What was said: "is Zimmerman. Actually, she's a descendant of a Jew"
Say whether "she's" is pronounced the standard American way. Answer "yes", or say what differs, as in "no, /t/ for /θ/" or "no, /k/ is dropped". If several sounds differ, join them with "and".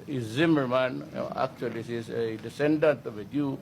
no, /s/ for /ʃ/